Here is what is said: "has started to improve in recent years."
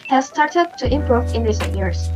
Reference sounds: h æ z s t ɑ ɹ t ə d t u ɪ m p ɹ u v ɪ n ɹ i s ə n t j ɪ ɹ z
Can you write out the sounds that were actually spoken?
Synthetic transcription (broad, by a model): h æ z s t ɑ ɹ t ə d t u ɪ m p ɹ u v ɪ n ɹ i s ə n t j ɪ ɹ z